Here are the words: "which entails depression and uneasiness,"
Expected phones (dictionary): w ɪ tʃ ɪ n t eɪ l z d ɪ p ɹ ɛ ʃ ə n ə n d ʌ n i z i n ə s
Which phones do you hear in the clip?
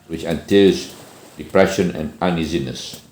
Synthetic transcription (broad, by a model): w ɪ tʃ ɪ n t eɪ z d ɪ p ɹ ɛ ʃ ə n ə n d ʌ n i z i n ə s